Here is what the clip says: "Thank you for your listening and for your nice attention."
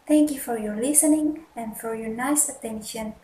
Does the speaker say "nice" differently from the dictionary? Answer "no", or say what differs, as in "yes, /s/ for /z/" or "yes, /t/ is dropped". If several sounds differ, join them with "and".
no